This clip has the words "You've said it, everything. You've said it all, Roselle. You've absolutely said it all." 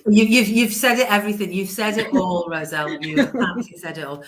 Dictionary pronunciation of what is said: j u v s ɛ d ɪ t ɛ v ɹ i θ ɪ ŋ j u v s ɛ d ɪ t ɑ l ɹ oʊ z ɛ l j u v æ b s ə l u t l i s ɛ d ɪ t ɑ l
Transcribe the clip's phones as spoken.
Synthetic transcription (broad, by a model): j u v s ɛ d ɪ t ɛ v ɹ i θ ɪ ŋ j u v s ɛ d ɪ t ɑ l ɹ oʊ z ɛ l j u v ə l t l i s ɛ d ɪ t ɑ l